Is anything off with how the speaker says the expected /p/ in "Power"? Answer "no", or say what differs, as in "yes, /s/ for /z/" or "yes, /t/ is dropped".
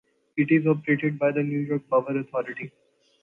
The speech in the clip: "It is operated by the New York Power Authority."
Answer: yes, /b/ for /p/